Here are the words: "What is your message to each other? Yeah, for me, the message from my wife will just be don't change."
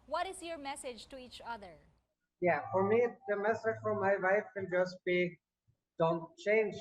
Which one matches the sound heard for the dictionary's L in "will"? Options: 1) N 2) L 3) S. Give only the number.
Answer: 1